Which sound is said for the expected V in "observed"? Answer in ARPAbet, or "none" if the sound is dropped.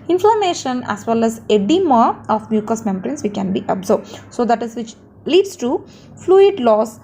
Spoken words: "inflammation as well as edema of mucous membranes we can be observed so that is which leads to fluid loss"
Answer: none